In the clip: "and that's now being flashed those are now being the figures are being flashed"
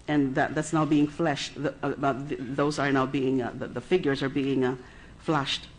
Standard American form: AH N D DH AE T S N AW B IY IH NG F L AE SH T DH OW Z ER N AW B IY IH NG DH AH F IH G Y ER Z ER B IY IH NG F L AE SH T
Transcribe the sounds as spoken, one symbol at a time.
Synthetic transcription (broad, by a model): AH N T DH AE T S N AW B IY IH NG F L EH SH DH DH OW Z ER N AW B IY IH NG DH AH F IH G Y ER Z ER B IY IH NG F L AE SH T